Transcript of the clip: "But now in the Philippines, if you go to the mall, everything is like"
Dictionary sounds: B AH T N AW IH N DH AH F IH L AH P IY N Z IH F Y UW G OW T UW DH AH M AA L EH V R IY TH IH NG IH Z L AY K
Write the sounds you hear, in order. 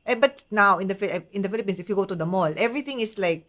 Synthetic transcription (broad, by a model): B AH T N AW IH N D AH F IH L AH P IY N S IH F Y UW G OW T UW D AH M AA L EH V R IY T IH NG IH S L AY K